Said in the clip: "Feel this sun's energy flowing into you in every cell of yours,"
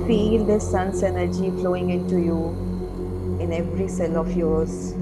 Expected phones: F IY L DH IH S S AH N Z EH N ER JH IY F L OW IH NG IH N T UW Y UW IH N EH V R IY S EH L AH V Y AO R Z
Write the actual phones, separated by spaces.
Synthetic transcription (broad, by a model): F IY L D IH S S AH N S EH N ER JH IY F L OW IH NG IH N T UW Y UW IH N EH V R IY S EH L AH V Y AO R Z